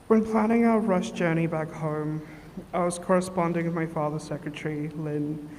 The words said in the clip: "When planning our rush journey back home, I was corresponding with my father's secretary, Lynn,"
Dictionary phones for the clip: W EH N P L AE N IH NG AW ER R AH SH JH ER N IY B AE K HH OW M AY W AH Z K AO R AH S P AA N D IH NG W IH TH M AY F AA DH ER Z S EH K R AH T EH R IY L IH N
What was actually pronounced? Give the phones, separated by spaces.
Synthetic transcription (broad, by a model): W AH N P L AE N IH NG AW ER R AH SH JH ER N IY B AE K HH OW M AY W AH Z K AO R AH S P AA N D IH NG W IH M AY F AA DH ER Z S EH K R AH T EH R IY L IH N